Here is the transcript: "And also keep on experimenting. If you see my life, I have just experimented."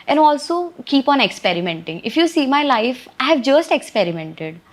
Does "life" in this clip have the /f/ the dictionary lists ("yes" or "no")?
yes